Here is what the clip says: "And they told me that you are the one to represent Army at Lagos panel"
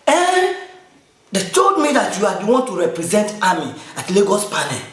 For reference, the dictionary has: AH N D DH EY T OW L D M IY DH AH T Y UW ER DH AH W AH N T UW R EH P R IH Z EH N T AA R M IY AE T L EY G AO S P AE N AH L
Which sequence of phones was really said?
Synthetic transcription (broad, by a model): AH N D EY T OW D M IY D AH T Y UW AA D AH W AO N T UW R EH P R IH Z EH N T AA M IY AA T L EY G AO S P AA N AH